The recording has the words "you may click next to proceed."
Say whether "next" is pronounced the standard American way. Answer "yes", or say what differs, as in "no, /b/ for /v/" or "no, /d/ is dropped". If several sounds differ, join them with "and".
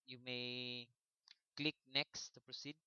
yes